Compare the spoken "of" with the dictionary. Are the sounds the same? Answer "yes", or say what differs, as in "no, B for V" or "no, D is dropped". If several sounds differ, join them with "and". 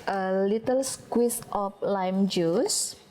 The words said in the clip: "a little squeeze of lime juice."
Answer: no, P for V